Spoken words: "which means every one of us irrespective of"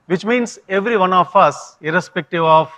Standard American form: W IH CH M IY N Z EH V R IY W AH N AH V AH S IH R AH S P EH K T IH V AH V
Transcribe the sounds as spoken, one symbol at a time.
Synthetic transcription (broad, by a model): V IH CH M IY N S EH V R IY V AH N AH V AH S IH R AH S P EH K T IH V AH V